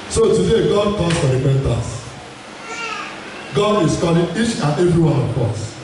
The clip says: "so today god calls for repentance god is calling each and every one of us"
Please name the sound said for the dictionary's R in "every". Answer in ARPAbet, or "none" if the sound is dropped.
R